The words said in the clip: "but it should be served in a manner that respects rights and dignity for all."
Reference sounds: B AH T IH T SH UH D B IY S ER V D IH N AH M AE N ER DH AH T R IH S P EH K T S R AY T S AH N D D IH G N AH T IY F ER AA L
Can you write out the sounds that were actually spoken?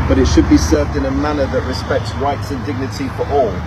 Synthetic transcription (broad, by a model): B AH T IH T SH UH D B IY S ER V D IH N AH M AE N ER DH AH T R IH S P EH K T S R AY T S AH N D D IH G N AH T IY F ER AA L